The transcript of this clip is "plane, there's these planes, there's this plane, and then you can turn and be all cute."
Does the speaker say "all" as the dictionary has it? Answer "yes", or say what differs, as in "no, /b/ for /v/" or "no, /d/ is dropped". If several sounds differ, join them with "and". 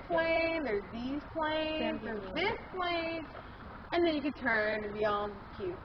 no, /n/ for /l/